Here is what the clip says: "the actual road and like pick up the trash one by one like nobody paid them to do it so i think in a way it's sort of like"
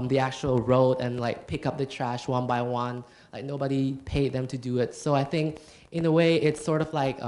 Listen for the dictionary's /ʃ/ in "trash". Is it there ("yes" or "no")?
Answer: yes